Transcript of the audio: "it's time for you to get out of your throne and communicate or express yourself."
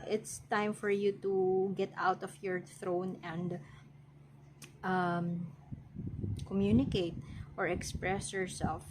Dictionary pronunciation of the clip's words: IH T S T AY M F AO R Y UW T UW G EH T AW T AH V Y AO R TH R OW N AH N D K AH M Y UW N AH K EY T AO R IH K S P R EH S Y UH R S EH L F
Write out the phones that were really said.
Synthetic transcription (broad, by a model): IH T S T AY M F AO R Y UW T UW G EH T AW T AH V Y AO R TH R OW N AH N D K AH M Y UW N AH K EY T AO R IH K S P R EH S Y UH R S EH L F